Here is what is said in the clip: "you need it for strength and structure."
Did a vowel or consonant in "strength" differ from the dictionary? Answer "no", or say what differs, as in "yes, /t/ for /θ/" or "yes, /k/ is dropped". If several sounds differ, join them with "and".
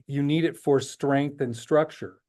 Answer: no